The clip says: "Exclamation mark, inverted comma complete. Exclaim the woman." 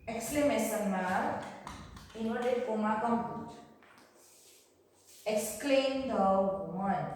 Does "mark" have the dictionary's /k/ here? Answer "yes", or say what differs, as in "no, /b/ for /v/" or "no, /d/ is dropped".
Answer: no, /k/ is dropped